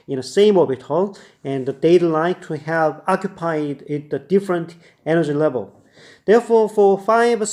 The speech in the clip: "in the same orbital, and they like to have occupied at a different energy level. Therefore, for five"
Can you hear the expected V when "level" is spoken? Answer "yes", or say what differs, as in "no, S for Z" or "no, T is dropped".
yes